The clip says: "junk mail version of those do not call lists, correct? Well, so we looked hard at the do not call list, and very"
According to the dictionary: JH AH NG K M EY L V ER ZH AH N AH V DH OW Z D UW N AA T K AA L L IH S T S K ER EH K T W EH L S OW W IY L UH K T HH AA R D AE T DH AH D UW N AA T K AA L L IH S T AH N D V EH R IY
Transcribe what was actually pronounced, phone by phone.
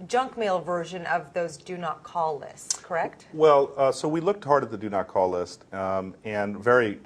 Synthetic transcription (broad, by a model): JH AH NG K M EY L V ER ZH AH N AH V DH OW Z D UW N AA T K AA L L IH S T S K ER EH K T W EH L S OW W IY L UH K T HH AA R D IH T DH AH D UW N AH T K AA L L IH S T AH N V EH R IY